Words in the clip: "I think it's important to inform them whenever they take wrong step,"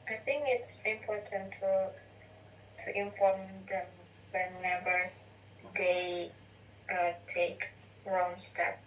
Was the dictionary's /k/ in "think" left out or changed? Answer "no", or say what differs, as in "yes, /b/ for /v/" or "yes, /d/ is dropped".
no